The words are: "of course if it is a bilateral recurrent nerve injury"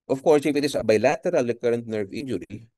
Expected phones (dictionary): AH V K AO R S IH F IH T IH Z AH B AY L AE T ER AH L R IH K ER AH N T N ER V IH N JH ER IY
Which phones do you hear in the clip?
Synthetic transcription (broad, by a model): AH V K AO R S IH F IH T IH S AH B AY L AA T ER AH L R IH K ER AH N T N ER V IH N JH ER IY